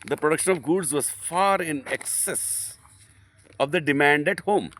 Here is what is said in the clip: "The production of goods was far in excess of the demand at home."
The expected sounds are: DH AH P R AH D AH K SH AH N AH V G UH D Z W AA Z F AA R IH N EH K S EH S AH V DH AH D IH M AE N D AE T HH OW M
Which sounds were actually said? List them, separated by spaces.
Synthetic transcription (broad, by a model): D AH P R AH D AH K SH AH N AH V G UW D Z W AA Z F AA R IH N EH K S EH S AH V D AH D IH M AE N D AE T HH OW M